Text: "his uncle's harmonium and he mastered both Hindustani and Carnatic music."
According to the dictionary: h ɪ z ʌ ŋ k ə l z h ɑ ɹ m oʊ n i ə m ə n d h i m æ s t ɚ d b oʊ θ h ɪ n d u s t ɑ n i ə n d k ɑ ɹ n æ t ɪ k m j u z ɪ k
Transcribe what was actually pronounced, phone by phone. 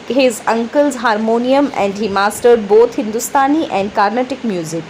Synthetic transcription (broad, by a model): h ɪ z ʌ ŋ k ə l z h ɑ ɹ m oʊ n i ə m ə n d h i m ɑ s t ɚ d b oʊ t h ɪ n d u s t ɑ n i ə n d k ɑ ɹ n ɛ t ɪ k m j u z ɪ k